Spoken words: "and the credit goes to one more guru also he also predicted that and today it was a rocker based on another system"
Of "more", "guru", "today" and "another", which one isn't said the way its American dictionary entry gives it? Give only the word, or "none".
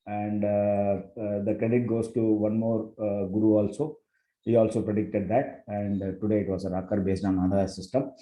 another